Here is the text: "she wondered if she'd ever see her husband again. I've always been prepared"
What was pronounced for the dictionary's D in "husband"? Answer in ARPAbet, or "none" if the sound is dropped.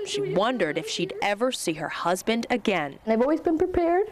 D